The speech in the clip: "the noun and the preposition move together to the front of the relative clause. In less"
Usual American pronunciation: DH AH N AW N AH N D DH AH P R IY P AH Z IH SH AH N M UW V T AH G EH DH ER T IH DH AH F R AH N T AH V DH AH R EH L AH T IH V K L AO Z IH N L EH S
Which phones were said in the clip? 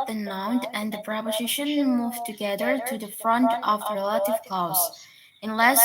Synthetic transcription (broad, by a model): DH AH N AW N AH N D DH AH P R IY P AH Z IH SH AH N M UW V T AH G EH DH ER T IH DH AH F R AH N T AH V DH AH R EH L AH T IH V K AO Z IH N L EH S